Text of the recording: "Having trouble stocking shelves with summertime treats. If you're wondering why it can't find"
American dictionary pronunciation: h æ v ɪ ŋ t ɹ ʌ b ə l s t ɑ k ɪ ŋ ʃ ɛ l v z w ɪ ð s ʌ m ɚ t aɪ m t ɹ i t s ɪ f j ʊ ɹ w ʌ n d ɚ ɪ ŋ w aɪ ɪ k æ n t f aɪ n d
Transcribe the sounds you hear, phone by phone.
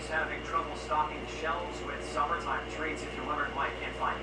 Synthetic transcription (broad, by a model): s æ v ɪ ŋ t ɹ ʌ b l s t ɑ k ɪ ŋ ʃ ɛ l z w ɪ ð s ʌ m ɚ t aɪ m t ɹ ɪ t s ɪ f j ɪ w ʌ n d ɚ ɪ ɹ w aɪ ɪ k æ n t f aɪ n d